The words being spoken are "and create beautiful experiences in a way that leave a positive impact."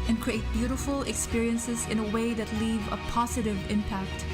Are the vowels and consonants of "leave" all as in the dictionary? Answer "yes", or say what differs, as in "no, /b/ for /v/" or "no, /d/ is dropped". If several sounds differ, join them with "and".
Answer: yes